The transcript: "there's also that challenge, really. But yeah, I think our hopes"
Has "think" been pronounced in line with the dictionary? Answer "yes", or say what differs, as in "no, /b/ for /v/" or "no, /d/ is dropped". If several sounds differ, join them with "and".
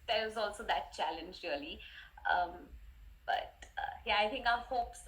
no, /t/ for /θ/